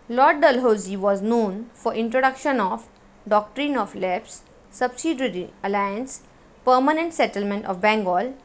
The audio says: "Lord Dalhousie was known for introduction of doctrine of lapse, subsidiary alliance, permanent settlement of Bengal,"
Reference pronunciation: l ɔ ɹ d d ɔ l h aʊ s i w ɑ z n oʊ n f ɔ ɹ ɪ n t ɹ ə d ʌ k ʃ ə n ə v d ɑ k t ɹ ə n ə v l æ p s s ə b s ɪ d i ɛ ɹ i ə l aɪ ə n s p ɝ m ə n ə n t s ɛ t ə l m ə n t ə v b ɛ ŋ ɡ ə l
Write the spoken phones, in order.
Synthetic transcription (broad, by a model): l ɔ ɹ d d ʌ l h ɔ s i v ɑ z n oʊ n f ɔ ɹ ɪ n t ɹ ə d ʌ k ʃ ə n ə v d ɑ k t ɹ ə n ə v l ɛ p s s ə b s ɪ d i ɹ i ə l aɪ ə n s p ɝ m ə n ə n t s ɛ t ə l m ə n t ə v b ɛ ŋ ɡ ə l